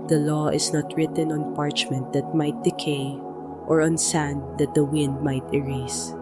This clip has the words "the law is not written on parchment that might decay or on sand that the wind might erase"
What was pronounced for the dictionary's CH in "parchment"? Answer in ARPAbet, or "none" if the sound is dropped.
CH